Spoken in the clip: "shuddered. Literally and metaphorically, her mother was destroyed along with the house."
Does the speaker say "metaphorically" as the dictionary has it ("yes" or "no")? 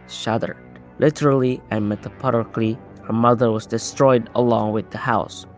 no